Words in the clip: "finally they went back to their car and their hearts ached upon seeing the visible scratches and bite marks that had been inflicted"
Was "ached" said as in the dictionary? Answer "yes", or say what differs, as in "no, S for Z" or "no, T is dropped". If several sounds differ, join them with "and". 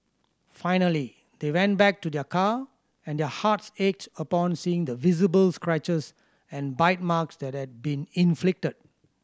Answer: yes